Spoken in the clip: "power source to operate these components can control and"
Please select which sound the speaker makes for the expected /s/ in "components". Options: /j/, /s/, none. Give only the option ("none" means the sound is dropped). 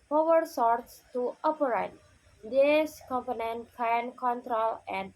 none